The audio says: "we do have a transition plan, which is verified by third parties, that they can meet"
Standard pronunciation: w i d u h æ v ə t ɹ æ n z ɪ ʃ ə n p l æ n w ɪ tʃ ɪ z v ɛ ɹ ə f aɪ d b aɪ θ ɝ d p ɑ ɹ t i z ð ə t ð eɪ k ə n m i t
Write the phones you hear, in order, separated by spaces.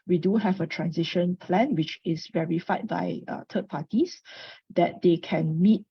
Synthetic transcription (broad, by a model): w i d u h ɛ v ə t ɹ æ n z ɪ ʃ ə n p l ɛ n w ɪ tʃ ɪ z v ɛ ɹ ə f aɪ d b aɪ t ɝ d p ɑ t i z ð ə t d eɪ k ə n m i t